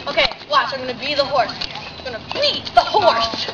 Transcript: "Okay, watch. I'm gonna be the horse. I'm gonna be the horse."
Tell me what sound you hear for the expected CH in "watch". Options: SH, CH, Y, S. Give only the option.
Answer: S